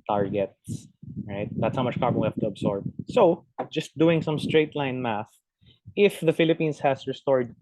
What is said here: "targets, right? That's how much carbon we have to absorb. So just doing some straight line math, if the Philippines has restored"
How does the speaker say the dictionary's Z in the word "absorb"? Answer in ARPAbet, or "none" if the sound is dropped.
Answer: S